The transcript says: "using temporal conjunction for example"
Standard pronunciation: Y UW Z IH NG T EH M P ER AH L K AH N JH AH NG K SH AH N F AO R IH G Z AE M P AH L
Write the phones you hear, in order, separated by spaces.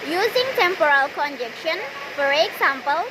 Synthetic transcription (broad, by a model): Y UW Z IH NG T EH M P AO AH L K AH N JH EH K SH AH N F AO R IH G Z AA M P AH L